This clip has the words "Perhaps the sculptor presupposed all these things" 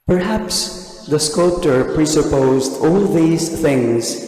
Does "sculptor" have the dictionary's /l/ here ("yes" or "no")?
yes